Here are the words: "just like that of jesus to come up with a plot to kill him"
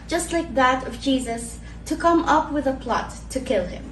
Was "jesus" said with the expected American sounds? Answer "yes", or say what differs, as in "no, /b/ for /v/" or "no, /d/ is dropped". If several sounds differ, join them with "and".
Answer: yes